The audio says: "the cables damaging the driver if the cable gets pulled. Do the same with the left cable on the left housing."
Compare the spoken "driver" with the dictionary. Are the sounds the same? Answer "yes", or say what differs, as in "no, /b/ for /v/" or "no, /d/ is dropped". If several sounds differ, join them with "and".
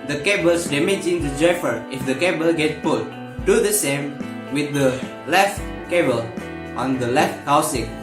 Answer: no, /f/ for /v/